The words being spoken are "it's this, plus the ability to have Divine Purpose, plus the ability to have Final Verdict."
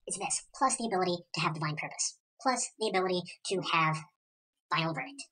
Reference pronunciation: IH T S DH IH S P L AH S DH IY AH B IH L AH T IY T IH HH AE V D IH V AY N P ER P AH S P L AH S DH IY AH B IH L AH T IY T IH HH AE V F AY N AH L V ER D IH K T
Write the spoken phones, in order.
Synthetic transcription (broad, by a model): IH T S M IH S P L AH S DH IY AH B IH L AH T IY T IH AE V D IH V AY N P ER P AH S P L AH S DH IY AH B IH L AH T IY T IH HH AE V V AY AH L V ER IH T